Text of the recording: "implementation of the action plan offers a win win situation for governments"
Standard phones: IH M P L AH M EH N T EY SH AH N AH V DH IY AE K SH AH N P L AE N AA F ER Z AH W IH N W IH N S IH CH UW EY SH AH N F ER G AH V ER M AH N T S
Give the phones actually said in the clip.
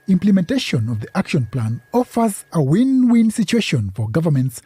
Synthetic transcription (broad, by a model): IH M P L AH M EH N T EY SH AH N AH V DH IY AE K SH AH N P L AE N AA F ER Z AH W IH N W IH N S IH CH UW EY SH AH N F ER G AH V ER M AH N T S